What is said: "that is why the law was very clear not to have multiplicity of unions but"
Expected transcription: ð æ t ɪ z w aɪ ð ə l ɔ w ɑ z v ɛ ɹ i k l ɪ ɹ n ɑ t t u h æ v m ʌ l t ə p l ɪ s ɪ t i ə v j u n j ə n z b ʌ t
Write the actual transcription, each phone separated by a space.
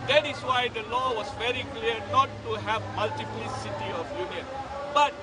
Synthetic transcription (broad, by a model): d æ t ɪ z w aɪ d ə l ɔ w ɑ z v ɛ ɹ i k l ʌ ɹ n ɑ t t u h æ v m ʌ l t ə p l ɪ s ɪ t i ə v j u n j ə n b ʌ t